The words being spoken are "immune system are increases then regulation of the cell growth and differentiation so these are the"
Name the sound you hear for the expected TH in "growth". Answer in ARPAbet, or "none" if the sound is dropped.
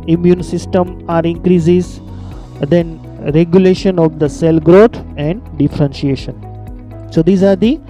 T